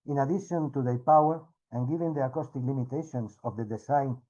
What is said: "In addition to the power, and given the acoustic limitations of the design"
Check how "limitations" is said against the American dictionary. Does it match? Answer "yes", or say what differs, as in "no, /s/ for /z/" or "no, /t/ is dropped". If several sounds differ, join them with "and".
no, /s/ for /z/